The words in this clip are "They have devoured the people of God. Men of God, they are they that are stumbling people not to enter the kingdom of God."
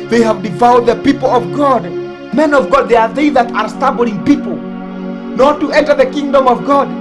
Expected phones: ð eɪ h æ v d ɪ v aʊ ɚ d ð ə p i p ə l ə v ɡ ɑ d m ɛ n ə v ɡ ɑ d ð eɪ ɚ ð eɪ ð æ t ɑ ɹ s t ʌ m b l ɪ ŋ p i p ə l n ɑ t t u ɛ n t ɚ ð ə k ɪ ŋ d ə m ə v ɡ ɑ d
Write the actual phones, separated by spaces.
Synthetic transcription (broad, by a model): ð eɪ h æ v d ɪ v aʊ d ð ə p i p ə l ə v ɡ ɑ d m ɛ n ə v ɡ ɑ d ð eɪ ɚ ð eɪ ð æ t ɑ ɹ s t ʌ b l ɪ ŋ p i p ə l n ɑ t t u ɛ n t ɚ ð ə k ɪ ŋ d ə m ə v ɡ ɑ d